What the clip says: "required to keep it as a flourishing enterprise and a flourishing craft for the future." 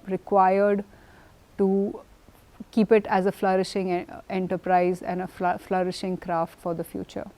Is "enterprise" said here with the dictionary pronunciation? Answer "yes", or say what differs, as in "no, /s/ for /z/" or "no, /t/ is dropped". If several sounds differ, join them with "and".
yes